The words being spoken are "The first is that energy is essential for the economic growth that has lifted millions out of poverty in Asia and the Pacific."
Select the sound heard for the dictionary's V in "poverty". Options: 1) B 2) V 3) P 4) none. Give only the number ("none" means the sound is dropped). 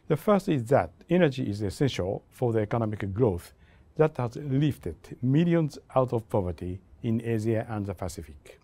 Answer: 2